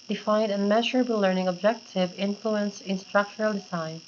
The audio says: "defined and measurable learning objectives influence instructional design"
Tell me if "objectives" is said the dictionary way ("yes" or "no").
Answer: no